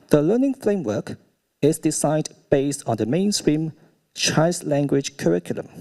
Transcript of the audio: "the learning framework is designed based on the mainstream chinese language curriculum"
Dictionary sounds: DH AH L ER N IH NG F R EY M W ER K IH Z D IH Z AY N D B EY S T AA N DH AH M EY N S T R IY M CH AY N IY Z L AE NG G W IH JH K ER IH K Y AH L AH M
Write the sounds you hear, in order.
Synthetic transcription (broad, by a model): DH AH L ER N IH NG F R EY M W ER K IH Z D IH S AY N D B EY S T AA N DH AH M EY N S T R IY M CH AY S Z L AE NG G W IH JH K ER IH K Y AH L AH M